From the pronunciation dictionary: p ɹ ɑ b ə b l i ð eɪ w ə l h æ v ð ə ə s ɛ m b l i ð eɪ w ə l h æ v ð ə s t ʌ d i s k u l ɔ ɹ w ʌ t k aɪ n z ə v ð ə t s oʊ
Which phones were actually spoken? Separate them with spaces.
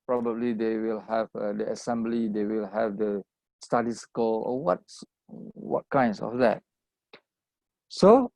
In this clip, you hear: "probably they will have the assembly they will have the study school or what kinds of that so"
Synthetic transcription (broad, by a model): p ɹ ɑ b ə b l i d eɪ w ə l h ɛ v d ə ə s ɛ m b l i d eɪ w ə l h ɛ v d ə s t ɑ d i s k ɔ w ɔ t w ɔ t k aɪ n s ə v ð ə t s oʊ